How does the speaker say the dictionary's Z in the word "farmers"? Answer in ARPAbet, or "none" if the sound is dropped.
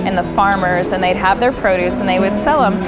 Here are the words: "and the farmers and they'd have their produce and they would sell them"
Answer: Z